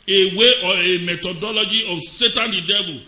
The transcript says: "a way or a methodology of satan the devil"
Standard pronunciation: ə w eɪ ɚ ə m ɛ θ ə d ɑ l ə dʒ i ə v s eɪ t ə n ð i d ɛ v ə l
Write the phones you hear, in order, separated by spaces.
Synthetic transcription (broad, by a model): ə w eɪ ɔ ə m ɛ t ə d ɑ l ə dʒ i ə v s eɪ t ə n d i d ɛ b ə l